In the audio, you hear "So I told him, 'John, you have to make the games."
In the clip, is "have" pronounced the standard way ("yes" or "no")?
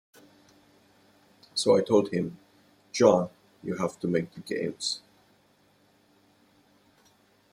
no